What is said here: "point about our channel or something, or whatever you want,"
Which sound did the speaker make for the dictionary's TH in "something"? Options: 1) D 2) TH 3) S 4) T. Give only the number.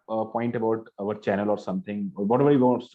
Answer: 4